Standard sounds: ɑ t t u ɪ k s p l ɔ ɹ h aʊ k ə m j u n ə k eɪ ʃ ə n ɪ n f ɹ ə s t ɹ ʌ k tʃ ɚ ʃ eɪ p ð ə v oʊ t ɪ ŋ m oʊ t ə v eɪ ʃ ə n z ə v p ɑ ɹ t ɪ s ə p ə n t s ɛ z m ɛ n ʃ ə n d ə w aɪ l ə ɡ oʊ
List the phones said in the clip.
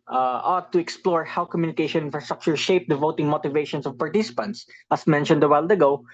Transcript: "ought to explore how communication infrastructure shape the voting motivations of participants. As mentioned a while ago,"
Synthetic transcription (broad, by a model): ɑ t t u ɪ k s p l ɔ ɹ h aʊ k ə m j u n ə k eɪ ʃ ə n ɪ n f ɹ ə s t ɹ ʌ k tʃ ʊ ʃ eɪ p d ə v oʊ t ɪ ŋ m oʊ t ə v eɪ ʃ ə n s ə v p ɑ ɹ t ɪ s ə p ə n t s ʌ s m ɛ n ʃ ə n d ə w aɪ l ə ɡ oʊ